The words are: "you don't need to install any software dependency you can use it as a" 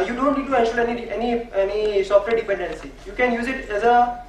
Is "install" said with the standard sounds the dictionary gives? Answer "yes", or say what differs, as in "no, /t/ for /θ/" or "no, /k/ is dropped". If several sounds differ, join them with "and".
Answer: no, /n/ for /l/